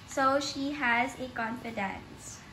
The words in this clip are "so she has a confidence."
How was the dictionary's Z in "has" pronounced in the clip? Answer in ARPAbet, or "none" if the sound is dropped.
Z